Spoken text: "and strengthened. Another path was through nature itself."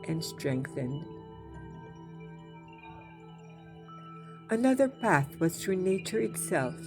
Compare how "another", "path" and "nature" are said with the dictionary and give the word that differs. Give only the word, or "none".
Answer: none